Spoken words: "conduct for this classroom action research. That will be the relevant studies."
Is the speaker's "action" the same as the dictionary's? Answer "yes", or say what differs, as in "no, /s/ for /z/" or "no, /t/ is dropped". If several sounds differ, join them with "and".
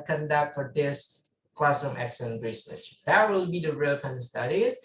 no, /s/ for /ʃ/